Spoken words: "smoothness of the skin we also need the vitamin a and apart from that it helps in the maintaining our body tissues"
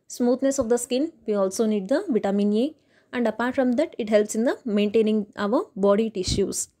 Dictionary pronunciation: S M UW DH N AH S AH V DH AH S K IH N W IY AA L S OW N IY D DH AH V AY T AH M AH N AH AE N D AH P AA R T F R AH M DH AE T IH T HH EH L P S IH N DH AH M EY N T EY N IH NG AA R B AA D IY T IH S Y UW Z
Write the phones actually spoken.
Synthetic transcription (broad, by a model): S M UW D N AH S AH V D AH S K IH N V IY AA L S OW N IY D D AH V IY T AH M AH N AH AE N D AH P AA R T F R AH M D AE T IH T HH EH L P S IH N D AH M EY N T EY N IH NG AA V B AA D IY T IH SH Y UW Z